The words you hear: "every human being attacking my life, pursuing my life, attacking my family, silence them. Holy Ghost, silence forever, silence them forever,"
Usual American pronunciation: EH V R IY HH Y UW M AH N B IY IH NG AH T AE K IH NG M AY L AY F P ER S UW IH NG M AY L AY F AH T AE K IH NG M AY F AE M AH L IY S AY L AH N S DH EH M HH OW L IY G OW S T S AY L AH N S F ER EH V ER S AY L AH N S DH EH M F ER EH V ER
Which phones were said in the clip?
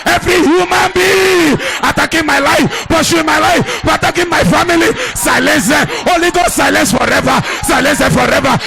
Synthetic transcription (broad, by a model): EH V R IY HH Y UW M AH N B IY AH T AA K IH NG M AY L AY F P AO SH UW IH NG M AY L AY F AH T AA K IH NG M AY F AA M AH L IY S AY L AH N S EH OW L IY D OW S S AY L AH N S F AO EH V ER S AY L AH N S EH F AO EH V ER